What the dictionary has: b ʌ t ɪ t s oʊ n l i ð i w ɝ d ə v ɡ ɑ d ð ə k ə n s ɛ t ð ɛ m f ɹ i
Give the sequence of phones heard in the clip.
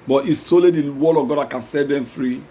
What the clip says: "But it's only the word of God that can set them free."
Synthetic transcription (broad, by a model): b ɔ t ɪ s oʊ l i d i w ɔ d ə v ɡ ɑ d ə k ə n s ɛ t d ɛ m f ɹ i